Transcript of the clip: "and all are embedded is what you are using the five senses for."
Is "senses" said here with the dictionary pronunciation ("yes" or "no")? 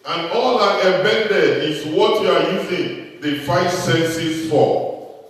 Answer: no